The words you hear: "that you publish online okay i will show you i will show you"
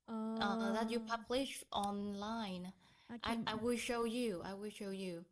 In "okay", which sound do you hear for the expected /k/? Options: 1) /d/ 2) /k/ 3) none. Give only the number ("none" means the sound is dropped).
3